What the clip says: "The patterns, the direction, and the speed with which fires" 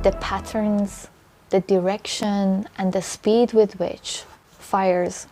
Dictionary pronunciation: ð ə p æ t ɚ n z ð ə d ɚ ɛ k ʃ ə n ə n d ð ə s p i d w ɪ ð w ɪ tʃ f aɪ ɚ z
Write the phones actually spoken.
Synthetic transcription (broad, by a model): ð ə p æ t ɚ n z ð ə d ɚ ɛ k ʃ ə n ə n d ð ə s p i d w ɪ ð w ɪ tʃ f aɪ ɚ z